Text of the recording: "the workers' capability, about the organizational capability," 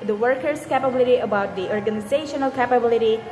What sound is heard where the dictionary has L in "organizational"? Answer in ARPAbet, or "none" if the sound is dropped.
L